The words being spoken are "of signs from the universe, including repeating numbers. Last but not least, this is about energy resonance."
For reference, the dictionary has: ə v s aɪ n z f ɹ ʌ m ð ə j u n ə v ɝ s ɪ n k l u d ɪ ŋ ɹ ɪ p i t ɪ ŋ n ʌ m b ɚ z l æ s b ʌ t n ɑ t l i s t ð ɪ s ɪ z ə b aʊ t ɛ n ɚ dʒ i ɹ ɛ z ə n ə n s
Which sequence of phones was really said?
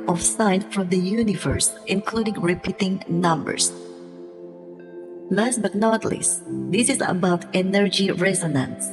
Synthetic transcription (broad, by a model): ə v s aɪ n f ɹ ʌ m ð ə j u n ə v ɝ s ɪ n k l u d ɪ ŋ ɹ ɪ p i t ɪ ŋ n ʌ m b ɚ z l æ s b ʌ t n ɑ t l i s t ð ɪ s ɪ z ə b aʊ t ɛ n ɚ dʒ i ɹ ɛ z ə n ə n s